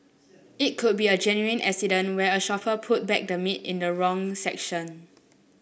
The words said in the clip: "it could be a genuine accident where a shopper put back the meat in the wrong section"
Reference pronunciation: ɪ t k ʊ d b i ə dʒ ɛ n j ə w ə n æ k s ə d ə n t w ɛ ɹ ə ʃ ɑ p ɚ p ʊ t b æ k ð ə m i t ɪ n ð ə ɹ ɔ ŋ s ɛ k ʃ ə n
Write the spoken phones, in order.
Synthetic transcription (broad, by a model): ɪ t k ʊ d b i ə dʒ ɛ n j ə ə n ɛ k s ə d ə n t w ɛ ə ʃ ɑ f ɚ p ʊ t b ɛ k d ə m i t ɪ n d ə ɹ ɔ ŋ s ɛ k ʃ ə n